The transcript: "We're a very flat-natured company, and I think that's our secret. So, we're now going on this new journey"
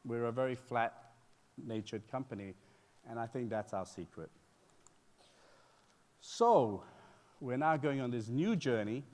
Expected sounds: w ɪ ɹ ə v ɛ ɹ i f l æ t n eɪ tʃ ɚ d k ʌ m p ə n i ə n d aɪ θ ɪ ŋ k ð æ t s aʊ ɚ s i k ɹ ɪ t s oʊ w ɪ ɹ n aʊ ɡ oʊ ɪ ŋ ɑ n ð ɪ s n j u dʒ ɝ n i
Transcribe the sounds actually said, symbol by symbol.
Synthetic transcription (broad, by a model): w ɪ ɹ ə v ɛ ɹ i f l æ t n eɪ tʃ ɚ d k ʌ m p ə n i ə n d aɪ θ ɪ ŋ k ð æ t s aʊ ɚ s i k ɹ ɪ t s oʊ w ɪ ɹ n aʊ ɡ oʊ ɪ ŋ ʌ n ð ɪ s n j u dʒ ɝ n i